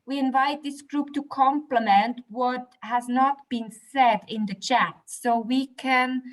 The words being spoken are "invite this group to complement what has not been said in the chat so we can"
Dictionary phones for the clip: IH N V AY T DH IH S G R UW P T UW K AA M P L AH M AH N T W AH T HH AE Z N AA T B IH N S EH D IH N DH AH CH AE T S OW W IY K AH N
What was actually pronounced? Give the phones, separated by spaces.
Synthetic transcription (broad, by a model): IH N V AY T DH IH S G R UW P T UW K AA M P L AH M AH N T W AH T HH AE Z N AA T B IH N S EH D IH N DH AH CH AE T S OW W IY K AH N